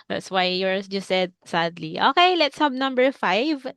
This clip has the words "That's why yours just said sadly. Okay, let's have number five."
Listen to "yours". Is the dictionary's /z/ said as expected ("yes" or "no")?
no